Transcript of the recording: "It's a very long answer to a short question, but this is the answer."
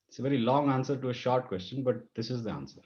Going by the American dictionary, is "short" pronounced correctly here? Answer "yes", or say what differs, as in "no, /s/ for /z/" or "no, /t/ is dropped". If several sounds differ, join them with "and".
yes